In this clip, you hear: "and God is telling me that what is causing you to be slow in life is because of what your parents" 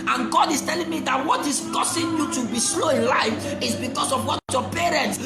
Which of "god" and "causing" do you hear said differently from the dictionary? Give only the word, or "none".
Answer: causing